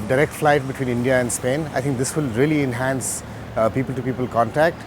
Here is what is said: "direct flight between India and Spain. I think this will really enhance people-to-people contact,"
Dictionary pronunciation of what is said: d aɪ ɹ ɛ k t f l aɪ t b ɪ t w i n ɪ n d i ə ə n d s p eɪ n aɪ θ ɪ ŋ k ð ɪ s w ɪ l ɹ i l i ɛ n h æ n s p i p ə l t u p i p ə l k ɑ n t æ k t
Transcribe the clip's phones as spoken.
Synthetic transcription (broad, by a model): d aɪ ɹ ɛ k t f l aɪ t b ɪ t w i n ɪ n d i ə ə n d s p eɪ n aɪ t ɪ ŋ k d ɪ s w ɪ l ɹ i l i ɛ n h æ n s p i p ə l t u p i p ə l k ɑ n t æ k t